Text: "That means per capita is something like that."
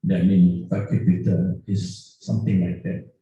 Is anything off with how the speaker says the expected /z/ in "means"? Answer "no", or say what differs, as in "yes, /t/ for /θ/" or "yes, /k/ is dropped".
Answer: yes, /z/ is dropped